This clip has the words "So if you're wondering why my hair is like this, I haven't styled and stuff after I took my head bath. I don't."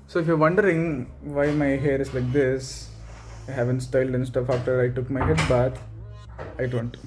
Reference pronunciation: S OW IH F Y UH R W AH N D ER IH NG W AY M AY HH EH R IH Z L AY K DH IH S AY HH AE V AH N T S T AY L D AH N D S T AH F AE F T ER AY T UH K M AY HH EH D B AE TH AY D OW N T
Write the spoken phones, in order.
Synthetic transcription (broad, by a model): S OW IH F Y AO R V AH N D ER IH NG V AY M AY HH EH R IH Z L AY K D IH S AY HH AE V AH N T S T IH L D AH N S T AH F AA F T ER AY T UH K M AY HH EH D B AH T AY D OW N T